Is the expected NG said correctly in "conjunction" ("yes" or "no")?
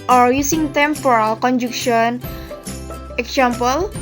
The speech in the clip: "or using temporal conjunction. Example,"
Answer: no